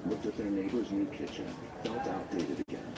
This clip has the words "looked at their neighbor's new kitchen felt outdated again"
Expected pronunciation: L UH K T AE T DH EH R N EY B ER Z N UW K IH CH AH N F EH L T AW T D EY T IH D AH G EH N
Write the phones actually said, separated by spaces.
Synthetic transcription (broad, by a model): L UH K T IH T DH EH R N EY B ER Z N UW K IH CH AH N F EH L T AW T D EY T IH D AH G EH N